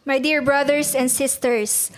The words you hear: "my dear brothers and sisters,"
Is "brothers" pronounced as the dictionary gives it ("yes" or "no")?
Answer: no